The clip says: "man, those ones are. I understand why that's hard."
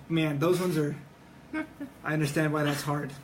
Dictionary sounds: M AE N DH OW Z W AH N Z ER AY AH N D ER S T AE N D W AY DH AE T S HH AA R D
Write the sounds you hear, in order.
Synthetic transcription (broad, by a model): M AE N DH OW Z W AH N Z ER AY AH N D ER S T AE N D W AY DH AE T S HH AA R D